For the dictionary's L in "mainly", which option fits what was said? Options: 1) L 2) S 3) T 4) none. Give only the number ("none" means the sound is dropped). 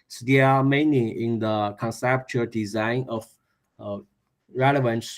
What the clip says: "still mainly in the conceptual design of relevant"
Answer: 4